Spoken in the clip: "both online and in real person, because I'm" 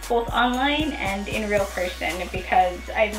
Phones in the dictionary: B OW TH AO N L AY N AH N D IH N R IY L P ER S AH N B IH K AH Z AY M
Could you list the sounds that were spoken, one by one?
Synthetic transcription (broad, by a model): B OW TH AO N L AY N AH N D IH N R IY L P ER S AH N B IH K AH Z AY